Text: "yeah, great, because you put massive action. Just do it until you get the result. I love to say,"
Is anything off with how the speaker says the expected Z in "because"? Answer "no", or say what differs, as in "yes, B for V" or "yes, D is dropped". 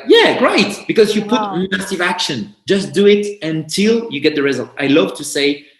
no